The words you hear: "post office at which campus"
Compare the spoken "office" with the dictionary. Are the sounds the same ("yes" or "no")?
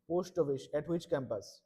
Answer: no